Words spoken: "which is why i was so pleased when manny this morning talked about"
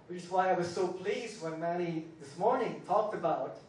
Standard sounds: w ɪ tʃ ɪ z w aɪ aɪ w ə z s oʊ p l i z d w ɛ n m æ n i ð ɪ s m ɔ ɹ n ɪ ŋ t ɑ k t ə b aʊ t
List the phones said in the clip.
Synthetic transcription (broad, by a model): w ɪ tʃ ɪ s w aɪ aɪ w ə z s oʊ p l i z d w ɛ n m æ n i ð ɪ s m ɔ ɹ n ɪ ŋ t ɑ k t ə b aʊ t